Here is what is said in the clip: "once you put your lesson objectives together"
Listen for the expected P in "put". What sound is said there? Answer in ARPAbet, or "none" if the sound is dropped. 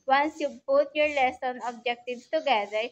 B